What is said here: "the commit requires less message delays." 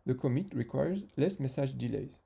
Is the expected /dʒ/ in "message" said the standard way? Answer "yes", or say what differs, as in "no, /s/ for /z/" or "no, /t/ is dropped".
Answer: no, /ʒ/ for /dʒ/